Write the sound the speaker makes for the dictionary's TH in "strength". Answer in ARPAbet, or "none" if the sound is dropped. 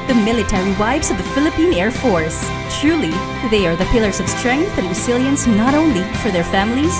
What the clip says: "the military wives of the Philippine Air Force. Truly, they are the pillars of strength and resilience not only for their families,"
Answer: TH